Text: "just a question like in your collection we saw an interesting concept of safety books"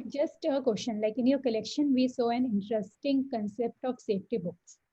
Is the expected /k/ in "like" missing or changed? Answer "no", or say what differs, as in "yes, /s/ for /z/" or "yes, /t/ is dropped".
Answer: no